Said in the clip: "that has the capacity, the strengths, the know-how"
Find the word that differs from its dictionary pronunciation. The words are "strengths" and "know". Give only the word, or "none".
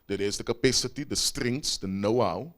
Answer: strengths